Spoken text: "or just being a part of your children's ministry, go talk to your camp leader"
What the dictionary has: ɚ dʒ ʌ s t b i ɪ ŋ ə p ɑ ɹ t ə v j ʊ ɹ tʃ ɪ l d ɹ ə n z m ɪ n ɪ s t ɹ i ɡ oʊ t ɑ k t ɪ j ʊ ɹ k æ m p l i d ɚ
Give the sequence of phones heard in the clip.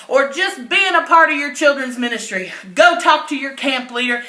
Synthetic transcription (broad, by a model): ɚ dʒ ʌ s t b i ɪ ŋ ə p ɑ ɹ t ə v j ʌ ɹ tʃ ɪ l d ɹ ə n z m ɪ n ɪ s t ɹ i ɡ oʊ t ɑ k t ɪ j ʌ ɹ k æ m p l i d ɚ